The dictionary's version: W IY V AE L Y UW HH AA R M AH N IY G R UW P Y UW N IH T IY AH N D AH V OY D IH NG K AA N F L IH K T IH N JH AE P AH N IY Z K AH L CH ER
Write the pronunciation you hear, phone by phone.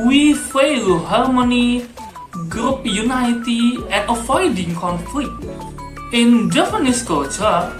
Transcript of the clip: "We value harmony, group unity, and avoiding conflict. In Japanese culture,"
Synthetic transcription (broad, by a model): W IY F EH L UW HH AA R M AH N IY G R UW P Y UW N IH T IY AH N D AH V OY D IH NG K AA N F L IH K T IH N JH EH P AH N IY S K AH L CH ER